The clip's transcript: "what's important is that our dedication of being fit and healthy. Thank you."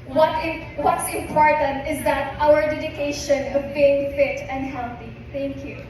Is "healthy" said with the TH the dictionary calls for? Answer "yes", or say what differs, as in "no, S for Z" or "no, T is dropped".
no, T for TH